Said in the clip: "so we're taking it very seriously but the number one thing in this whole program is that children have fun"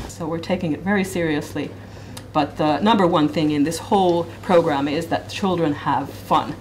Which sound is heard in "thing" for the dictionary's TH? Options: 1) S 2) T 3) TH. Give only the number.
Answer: 3